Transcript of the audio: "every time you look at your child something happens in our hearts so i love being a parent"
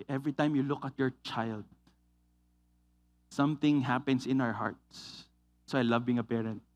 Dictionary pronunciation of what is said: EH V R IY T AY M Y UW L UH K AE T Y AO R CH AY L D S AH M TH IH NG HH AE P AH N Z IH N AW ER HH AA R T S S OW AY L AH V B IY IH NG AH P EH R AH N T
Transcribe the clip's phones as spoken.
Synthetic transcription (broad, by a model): EH V R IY T AY M Y UW L UH K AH T Y AO R CH AY L D S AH M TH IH NG HH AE P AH N S IH N AW ER HH AA R T S S OW AY L AH V B IY IH NG AH P EH R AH N T